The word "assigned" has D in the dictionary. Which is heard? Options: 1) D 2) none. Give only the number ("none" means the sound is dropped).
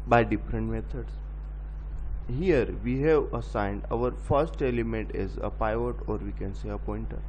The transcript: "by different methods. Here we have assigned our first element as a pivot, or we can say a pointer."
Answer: 1